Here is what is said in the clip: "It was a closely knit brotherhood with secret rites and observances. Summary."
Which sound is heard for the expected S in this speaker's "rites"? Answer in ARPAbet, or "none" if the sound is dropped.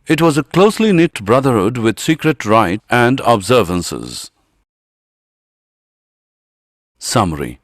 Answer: none